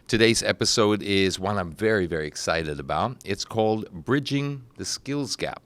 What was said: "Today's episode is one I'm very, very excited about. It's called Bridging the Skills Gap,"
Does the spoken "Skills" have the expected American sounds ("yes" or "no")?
yes